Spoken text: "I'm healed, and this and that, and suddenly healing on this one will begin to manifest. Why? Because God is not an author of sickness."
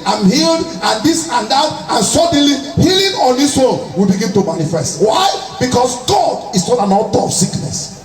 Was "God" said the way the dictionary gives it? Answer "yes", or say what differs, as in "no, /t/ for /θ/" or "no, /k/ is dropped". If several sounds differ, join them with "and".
yes